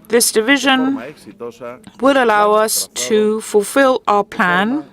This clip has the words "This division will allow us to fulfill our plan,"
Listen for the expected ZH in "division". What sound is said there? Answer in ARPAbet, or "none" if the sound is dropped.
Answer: ZH